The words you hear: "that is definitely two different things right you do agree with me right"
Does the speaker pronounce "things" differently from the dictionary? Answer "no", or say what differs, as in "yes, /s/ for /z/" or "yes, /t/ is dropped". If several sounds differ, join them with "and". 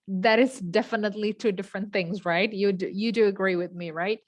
no